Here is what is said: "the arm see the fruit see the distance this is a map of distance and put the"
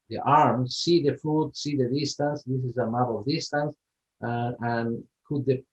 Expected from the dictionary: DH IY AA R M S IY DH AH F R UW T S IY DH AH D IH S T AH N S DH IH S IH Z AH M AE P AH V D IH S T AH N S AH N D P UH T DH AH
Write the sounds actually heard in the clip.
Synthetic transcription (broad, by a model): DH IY AA R M S IY DH AH F UW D S IY DH AH D IH S T AH N S DH IH S IH Z AH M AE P AH V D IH S T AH N S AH N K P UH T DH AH